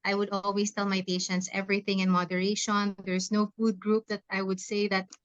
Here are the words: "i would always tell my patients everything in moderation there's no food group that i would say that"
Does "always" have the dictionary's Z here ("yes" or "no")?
no